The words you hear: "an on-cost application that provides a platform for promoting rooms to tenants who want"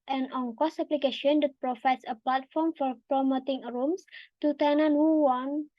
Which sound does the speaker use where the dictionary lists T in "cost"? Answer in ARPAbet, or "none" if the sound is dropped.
none